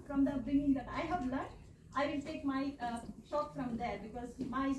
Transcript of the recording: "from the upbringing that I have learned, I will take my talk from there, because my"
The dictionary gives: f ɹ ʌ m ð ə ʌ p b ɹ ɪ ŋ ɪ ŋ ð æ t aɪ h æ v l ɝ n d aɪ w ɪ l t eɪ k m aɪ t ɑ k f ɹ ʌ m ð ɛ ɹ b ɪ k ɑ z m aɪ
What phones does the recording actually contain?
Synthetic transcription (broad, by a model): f ɹ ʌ m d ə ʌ b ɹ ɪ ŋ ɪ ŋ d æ t aɪ h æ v l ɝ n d aɪ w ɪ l t eɪ k m aɪ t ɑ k f ɹ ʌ m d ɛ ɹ b ɪ k ɑ z m aɪ